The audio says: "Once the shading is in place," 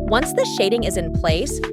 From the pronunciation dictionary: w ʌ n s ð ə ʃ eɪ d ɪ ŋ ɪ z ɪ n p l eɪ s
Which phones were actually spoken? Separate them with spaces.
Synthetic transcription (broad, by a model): w ʌ n s ð ə ʃ eɪ d ɪ ŋ ɪ z ɪ n p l eɪ s